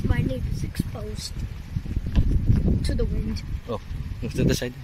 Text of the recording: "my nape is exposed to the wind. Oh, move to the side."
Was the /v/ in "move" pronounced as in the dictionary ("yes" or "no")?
no